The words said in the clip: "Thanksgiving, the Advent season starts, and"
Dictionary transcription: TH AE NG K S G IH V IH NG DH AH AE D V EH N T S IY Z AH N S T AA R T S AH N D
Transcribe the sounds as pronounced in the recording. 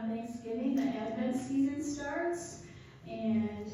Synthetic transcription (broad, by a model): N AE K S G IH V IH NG DH AH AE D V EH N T S IY Z AH N S T AA R T S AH N